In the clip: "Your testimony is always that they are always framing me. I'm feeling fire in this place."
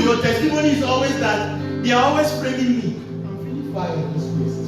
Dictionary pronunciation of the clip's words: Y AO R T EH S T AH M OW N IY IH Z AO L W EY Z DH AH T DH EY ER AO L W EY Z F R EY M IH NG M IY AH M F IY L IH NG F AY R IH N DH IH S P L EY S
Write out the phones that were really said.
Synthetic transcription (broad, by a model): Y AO T EH S T AH M OW N IY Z AO L W EY Z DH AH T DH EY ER AO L W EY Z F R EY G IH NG M IY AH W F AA IH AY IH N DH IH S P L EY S